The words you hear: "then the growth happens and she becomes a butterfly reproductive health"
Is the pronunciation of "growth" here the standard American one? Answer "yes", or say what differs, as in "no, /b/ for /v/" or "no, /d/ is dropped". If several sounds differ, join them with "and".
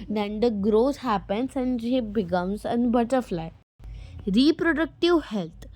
no, /s/ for /θ/